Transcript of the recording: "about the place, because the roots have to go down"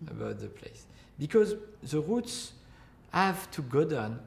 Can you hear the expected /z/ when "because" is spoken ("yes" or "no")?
yes